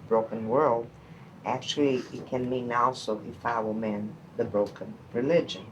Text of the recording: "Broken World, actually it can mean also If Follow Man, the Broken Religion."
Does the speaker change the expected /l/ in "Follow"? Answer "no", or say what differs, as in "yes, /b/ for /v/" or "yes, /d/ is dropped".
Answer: yes, /w/ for /l/